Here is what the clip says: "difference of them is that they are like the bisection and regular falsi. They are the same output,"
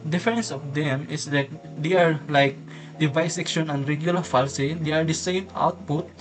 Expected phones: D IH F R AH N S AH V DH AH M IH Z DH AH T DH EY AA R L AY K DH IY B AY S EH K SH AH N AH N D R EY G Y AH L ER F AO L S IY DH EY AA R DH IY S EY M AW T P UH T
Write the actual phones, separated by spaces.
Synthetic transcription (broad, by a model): D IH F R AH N S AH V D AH M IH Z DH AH T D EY AA R L AY K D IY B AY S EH K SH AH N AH N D R EY G Y AH L ER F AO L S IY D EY AA R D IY S EY M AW T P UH T